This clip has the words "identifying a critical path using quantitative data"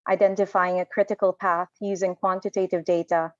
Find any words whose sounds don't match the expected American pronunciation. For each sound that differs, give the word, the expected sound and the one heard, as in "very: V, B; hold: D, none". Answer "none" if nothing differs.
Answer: none